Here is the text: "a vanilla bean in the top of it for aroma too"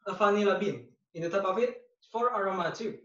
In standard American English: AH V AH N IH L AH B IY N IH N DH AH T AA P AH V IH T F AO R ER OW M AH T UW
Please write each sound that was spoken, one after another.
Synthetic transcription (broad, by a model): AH F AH N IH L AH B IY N IH N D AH T AA P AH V IH T F AO R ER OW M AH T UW